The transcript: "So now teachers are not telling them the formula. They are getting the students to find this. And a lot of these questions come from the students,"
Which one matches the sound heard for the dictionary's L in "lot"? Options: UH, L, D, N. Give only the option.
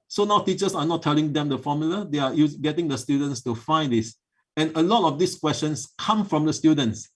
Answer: L